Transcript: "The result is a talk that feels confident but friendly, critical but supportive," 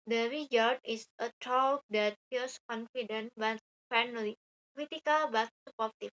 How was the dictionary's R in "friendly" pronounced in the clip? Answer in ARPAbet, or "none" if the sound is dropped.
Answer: none